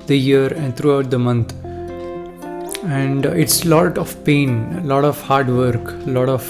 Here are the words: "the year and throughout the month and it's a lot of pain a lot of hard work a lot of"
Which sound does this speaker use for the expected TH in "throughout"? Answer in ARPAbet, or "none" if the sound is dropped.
T